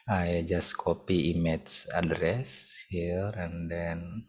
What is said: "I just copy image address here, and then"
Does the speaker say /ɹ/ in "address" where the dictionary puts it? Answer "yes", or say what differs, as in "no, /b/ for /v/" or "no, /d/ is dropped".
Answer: yes